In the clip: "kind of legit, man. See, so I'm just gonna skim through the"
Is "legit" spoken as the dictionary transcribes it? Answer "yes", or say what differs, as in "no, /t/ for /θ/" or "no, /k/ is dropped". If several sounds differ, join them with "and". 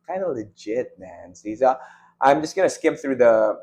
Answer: yes